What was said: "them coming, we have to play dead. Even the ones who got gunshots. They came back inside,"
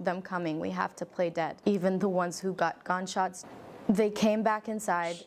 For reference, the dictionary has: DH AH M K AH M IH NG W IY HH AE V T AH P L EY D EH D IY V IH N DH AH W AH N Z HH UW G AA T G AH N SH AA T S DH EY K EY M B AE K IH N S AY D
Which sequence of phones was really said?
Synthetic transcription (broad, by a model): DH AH M K AH M IH NG W IY HH AE F T AH P L EY D EH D IY V IH N DH AH W AH N Z HH UW G AA T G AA N SH AA T S DH EY K EY M B AE K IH N S AY D